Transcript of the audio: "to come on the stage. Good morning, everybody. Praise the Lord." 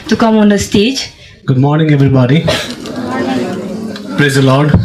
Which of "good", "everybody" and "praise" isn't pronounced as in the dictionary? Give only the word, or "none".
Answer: none